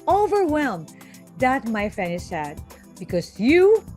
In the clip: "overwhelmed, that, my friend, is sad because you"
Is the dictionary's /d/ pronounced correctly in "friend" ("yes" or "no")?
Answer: no